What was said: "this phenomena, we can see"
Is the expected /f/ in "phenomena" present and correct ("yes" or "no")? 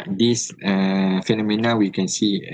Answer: yes